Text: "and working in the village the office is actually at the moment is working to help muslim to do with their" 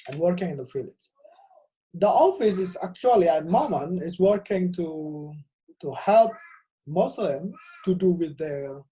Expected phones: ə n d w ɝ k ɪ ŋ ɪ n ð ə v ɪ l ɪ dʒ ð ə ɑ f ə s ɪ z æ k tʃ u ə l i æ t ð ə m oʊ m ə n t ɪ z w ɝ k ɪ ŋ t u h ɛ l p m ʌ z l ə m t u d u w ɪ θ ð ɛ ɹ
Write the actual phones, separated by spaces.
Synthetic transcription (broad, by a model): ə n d w ɝ k ɪ ŋ ɪ n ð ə f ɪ l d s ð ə ɑ f ə s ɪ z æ k tʃ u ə l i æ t m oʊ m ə n ɪ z w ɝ k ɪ ŋ t u h ɛ l p m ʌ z l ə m t u d u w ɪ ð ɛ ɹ